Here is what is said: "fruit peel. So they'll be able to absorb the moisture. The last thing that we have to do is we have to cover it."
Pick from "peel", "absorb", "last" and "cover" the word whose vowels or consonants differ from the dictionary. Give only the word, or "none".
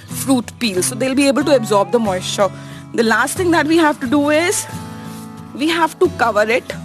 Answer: none